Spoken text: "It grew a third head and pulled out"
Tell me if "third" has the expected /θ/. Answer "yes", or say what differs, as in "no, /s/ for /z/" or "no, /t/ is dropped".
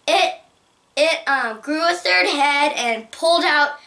yes